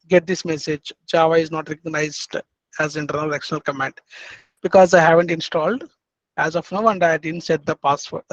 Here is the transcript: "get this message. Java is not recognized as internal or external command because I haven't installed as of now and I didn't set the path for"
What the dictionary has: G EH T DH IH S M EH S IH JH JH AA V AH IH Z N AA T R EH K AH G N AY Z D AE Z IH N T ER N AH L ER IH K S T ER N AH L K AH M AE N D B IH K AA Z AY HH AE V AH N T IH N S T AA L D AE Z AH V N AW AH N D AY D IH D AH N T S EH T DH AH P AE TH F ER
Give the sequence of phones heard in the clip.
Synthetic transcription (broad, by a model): G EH T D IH S M EH S IH JH JH AA V AH IH Z N AA T R EH K AH G N AY Z D AE Z IH N T ER N AH L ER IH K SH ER N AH L K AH M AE N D B IH K AA Z AY HH AE V AH N T IH N S T AA L D AE Z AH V N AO AH N D AY D IH D AH N T S EH T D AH P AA S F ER